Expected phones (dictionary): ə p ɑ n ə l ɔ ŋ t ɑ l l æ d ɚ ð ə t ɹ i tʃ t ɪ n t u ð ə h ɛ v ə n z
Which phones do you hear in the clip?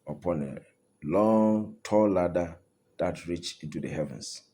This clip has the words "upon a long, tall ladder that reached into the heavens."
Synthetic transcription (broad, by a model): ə p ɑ n ə l ɔ ŋ t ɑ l l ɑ d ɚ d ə t ɹ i tʃ ɪ n t u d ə h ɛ v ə n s